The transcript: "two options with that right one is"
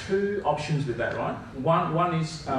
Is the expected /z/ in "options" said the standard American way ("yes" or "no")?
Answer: yes